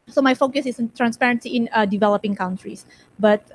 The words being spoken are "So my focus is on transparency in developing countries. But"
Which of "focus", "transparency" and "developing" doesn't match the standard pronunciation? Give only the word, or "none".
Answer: none